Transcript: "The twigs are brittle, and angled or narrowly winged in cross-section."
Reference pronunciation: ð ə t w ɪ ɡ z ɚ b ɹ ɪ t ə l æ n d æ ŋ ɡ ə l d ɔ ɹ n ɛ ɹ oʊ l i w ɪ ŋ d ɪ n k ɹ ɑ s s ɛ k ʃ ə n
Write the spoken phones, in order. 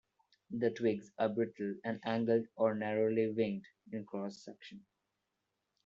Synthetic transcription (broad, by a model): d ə t w ɪ ɡ z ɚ b ɹ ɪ t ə l æ n d æ ŋ ɡ ə l d ɔ ɹ n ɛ ɹ oʊ l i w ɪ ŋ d ɪ n k ɹ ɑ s s ɛ k ʃ ə n